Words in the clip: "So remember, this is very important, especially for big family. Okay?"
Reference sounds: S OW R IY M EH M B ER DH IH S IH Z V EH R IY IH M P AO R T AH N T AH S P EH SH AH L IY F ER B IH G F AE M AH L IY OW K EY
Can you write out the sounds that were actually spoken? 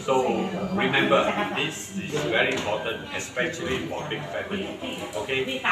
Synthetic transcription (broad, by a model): S OW R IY M EH M B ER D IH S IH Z V EH R IY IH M P AO T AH N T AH S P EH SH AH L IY P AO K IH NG F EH M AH L IY OW K EY